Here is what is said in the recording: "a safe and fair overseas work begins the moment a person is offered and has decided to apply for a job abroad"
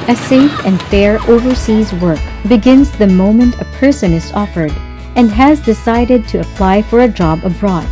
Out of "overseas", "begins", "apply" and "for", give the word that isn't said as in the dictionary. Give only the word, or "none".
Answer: none